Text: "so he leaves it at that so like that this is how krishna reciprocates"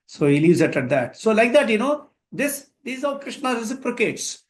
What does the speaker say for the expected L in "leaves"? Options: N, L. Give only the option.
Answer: L